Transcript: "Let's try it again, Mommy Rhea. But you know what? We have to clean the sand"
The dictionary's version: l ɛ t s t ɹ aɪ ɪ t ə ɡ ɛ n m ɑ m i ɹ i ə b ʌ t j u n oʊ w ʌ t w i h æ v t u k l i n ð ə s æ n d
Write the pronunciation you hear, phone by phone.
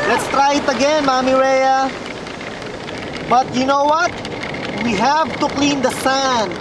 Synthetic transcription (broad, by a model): l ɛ t s t ɹ aɪ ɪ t ə ɡ ɛ n m ɑ m i ɹ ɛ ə b ʌ t j u n oʊ w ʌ t w i h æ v t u k l i n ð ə s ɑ n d